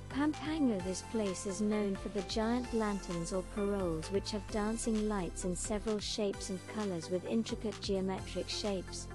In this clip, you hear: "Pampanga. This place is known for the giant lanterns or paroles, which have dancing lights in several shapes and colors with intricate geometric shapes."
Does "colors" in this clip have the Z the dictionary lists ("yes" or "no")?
yes